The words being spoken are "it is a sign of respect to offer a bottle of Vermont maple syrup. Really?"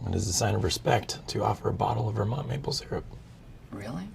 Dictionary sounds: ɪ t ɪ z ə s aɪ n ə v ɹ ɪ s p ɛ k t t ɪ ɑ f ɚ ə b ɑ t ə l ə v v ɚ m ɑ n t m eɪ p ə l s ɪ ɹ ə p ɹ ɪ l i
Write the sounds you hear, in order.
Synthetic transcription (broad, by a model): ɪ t ɪ z ə s aɪ n ə v ɹ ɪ s p ɛ k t t ɪ ɑ f ɚ ə b ɑ t l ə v v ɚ m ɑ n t m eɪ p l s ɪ ɹ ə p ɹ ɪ l i